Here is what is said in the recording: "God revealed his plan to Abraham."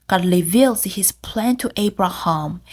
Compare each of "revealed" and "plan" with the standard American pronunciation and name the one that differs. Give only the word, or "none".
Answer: revealed